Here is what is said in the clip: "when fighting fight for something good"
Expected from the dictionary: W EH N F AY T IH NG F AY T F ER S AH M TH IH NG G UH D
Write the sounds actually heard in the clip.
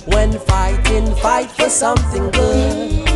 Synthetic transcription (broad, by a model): W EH N F AY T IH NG F AY T F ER S AH M TH IH NG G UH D